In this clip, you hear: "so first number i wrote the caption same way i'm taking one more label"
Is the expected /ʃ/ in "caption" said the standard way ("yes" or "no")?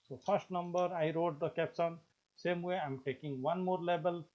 no